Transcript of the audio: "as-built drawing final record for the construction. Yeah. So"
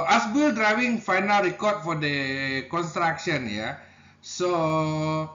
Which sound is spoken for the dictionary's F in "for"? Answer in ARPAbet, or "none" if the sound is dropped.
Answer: F